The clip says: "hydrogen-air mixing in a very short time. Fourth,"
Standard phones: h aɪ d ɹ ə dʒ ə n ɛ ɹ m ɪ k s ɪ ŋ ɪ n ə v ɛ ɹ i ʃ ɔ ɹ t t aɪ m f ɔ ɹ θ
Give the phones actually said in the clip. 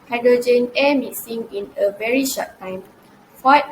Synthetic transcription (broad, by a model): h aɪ d ɹ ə dʒ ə n ɛ m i s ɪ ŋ ɪ n ə v ɛ ɹ i ʃ ɔ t t aɪ m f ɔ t